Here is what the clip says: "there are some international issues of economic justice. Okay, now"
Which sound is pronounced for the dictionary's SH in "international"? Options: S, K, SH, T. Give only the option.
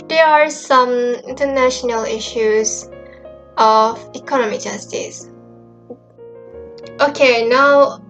SH